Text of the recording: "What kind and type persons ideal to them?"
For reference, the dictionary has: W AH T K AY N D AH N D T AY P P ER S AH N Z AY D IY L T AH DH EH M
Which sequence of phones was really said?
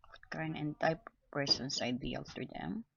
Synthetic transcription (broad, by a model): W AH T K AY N AH N T AY P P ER S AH N S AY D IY L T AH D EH M